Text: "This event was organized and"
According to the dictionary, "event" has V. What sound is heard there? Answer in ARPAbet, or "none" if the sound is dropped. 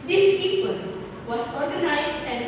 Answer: P